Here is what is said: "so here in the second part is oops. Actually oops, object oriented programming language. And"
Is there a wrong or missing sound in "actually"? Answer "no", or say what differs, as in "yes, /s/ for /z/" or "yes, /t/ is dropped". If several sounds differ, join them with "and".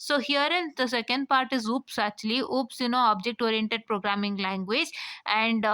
yes, /k/ is dropped